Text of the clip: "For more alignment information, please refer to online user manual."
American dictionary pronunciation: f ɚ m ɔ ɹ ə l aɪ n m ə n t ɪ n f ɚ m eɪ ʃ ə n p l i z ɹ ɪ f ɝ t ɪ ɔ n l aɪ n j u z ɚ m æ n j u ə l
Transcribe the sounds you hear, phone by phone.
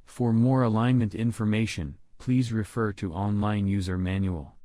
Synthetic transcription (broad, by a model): f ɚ m ɔ ɹ ə l aɪ n m ə n t ɪ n f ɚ m eɪ ʃ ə n p l i z ɹ ɪ f ɝ t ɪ ɔ n l aɪ n j u z ɚ m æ n j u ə l